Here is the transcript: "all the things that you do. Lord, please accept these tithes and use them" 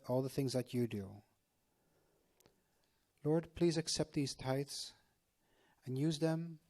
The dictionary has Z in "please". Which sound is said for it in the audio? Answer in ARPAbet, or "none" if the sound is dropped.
Z